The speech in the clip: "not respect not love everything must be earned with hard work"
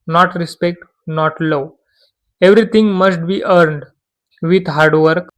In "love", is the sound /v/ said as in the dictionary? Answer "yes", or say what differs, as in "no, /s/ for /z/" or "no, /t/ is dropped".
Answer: no, /v/ is dropped